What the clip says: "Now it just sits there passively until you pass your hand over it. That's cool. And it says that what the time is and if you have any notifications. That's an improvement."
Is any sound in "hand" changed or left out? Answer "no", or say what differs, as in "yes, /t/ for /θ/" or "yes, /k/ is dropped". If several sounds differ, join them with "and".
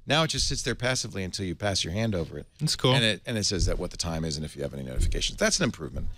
no